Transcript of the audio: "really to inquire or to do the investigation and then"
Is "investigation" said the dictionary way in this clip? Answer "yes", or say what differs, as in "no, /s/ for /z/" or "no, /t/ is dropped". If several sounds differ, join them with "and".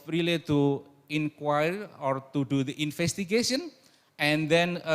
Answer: no, /f/ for /v/